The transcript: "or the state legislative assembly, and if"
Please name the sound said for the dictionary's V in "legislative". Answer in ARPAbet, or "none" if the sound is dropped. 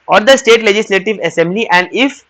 V